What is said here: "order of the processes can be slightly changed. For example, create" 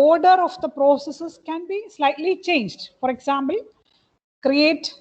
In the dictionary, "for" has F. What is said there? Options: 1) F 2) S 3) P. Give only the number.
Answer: 1